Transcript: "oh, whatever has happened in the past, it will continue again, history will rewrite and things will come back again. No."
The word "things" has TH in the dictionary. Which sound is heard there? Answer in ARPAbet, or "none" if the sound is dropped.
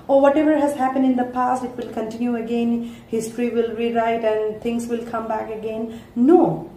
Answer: T